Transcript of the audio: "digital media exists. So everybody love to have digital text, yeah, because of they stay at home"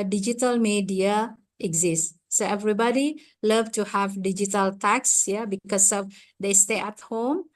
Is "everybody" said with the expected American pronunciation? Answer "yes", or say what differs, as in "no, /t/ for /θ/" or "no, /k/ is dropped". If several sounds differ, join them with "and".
yes